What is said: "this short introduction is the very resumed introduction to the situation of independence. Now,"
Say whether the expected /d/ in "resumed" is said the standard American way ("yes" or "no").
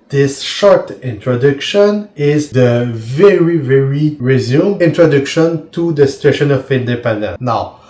no